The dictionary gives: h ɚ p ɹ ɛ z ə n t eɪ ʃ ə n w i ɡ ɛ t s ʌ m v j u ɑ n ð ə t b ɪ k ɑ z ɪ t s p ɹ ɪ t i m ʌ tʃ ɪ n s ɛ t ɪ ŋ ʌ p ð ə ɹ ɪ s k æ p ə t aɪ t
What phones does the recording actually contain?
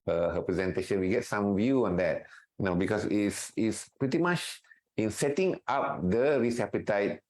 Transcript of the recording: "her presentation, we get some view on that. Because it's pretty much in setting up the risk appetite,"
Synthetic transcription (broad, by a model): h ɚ p ɹ ɛ z ə n t eɪ ʃ ə n w i ɡ ɛ t s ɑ m v j u ɑ n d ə t b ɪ k ɑ s ɪ t s p ɹ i t i m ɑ tʃ ɪ n s ɛ t ɪ ŋ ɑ p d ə ɹ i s ɛ p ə t aɪ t